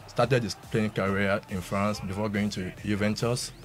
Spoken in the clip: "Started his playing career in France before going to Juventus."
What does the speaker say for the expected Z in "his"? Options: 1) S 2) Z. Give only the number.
1